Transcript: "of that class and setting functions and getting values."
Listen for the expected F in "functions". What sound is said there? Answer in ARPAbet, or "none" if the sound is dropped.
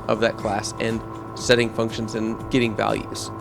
F